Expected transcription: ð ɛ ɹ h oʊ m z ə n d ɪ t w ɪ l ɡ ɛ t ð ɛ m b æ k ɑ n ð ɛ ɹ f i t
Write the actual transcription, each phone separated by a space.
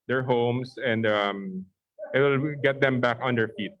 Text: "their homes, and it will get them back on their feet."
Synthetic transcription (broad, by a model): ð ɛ ɹ h oʊ m s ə n d ɪ t w ɪ l ɡ ɛ t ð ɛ m b æ k ɑ n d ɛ ɹ f i t